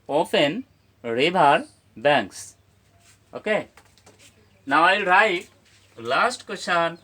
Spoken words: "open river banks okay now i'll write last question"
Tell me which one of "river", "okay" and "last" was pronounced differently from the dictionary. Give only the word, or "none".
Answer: river